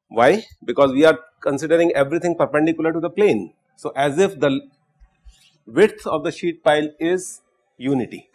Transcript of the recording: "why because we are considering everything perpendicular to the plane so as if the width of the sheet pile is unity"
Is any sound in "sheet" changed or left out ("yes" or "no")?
no